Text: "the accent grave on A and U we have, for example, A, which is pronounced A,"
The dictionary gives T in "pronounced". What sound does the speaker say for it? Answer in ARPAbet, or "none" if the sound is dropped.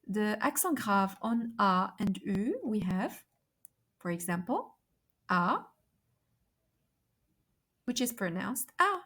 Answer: T